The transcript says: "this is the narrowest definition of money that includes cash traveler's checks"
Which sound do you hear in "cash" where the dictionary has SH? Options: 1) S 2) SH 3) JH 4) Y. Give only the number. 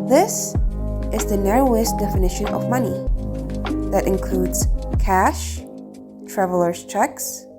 2